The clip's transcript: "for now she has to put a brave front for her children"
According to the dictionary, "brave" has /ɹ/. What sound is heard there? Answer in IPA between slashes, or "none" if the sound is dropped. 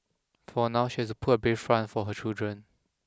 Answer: none